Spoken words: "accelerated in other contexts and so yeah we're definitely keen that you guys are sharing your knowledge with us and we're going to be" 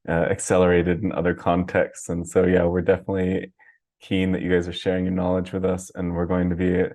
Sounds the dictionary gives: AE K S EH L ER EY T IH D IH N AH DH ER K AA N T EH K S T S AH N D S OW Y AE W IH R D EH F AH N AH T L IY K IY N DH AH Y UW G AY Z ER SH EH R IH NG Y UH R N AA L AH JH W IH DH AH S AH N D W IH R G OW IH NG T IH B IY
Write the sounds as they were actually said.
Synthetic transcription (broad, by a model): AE K S EH L ER EY T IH D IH N AH DH ER K AA N T EH K S T S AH N S OW Y AE W IH R D EH F AH N AH T L IY K IY N DH AH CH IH G AY Z ER SH EH R IH NG Y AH R N AA L AH JH W IH DH AH S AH N W IH R G OW IH NG T IH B IY